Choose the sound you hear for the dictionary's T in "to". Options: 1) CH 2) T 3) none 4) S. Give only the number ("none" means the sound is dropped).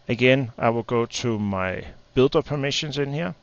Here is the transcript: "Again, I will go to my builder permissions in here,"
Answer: 4